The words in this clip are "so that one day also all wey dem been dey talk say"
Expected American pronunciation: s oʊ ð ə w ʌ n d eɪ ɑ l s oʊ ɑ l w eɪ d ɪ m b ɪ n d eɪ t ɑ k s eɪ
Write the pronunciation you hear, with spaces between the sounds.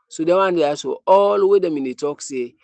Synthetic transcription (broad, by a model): s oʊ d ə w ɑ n d eɪ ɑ s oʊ ɑ l w eɪ d ɪ m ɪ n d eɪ t ɑ k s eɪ